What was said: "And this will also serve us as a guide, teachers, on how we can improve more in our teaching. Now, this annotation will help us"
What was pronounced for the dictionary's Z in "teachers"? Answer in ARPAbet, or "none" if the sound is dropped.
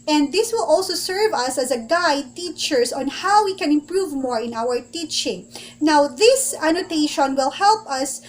S